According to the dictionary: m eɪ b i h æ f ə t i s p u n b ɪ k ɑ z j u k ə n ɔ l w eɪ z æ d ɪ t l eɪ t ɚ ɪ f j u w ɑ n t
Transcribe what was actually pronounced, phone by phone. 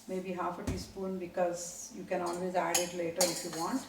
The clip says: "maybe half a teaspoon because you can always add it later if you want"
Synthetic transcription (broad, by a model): m eɪ b i h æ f ə t i s p u n b ɪ k ɑ z j u k ə n ɔ l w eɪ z æ d ɪ t l eɪ t ɚ ɪ f j u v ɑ n t